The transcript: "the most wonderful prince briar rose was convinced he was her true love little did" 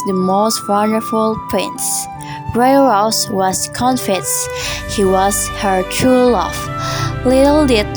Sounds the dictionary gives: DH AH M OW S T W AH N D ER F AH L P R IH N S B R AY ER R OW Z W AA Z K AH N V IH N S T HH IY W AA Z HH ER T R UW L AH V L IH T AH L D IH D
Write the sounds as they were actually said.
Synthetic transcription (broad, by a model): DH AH M OW S T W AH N D ER F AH L P R IH N S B R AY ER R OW S W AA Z K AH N F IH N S HH IY W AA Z HH ER T R UW L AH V L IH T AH L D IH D